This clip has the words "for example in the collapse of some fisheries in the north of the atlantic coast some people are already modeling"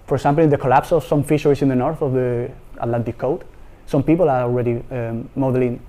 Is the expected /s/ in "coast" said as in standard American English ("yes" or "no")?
no